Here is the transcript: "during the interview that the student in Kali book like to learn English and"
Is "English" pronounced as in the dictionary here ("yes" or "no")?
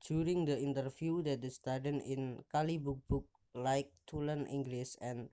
no